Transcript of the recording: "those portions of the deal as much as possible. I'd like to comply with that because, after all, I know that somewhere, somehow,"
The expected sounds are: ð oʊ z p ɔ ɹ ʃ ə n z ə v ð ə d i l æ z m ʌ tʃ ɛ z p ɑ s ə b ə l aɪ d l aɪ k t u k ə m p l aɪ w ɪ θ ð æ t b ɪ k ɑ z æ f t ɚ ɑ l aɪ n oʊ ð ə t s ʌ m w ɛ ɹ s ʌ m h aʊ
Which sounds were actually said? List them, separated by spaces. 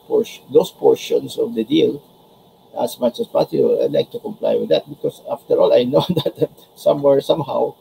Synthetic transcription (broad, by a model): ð oʊ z p ɔ ɹ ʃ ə n s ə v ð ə d i l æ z m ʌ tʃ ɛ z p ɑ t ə ə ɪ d l aɪ k t u k ə m p l aɪ w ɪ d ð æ t b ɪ k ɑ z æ f t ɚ ɑ l aɪ n oʊ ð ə t s ʌ m w ɛ ɹ s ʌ m h aʊ